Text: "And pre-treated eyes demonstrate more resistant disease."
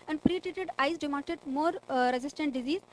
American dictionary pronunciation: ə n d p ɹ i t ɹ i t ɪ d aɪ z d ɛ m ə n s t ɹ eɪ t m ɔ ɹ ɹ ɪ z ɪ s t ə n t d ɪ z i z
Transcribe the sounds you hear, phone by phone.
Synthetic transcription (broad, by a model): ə n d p ɹ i t i t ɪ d aɪ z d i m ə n t eɪ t m ɔ ɹ ɹ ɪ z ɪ s t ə n t d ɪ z i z